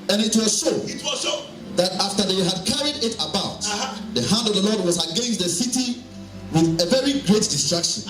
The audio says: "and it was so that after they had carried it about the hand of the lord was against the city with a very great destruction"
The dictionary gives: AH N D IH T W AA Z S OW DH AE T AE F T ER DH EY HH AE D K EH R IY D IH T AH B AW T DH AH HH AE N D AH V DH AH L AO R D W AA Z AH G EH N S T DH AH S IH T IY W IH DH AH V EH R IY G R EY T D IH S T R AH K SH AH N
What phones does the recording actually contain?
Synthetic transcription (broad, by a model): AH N IH T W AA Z SH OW DH AE T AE F T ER DH EY HH AE D K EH R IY D IH T AH B AW T DH AH HH AE N D AH V DH AH L AO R D W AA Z AH G EH N S T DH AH S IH T IY W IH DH AH V EH R IY G R EY T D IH S T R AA K SH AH N